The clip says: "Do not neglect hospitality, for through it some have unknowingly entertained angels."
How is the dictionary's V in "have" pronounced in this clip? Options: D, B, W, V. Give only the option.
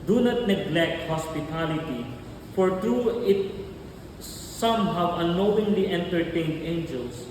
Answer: W